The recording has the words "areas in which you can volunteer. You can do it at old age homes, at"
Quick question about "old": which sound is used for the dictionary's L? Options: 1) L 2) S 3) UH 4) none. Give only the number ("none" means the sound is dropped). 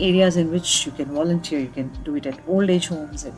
1